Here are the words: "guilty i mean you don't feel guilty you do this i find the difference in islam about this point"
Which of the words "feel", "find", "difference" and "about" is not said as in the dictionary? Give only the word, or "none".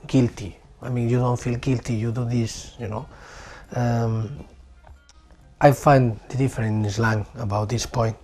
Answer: difference